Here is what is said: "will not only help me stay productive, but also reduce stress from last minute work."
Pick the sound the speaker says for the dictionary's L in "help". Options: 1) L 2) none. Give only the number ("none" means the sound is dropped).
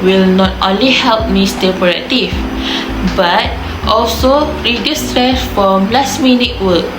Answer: 1